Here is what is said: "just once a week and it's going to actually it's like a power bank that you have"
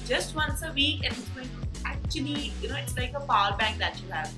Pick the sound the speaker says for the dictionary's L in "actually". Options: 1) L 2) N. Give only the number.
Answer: 2